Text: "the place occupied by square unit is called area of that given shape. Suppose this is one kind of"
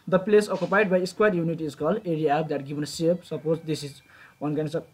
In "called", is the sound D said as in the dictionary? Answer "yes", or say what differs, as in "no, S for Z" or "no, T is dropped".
no, D is dropped